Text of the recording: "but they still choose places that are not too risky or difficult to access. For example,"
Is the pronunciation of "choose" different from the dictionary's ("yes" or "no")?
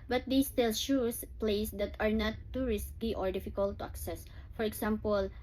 yes